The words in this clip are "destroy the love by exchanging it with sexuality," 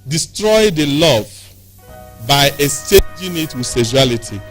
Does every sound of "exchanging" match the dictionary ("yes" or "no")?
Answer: no